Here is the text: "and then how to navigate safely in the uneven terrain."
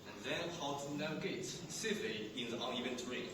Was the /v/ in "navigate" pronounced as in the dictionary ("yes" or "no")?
no